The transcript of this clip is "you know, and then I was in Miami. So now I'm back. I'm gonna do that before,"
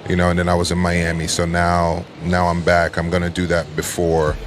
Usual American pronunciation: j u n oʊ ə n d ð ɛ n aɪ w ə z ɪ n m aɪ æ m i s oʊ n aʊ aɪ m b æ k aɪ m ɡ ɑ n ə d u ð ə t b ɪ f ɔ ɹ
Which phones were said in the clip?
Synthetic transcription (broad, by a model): j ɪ n oʊ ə n ð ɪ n aɪ w ə z ɪ n m aɪ æ m i s oʊ n aʊ aɪ m b æ k aɪ m ɡ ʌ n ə d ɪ ð ə t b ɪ f ɔ ɹ